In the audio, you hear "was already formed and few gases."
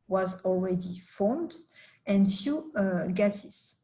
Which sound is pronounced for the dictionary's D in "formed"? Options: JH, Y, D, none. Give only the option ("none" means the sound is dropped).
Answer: D